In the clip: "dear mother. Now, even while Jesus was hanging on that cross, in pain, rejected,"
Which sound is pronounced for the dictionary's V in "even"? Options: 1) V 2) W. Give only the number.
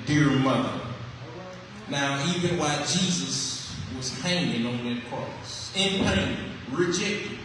2